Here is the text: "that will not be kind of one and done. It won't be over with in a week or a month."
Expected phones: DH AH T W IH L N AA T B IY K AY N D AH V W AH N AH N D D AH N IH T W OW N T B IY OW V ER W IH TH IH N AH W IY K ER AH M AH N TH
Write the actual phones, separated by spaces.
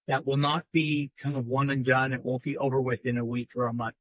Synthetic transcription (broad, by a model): DH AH T W IH L N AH T B IY K AY N D AH V W AH N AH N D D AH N IH T W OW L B IY OW V ER W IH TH IH N AH W IY K ER AH M AH N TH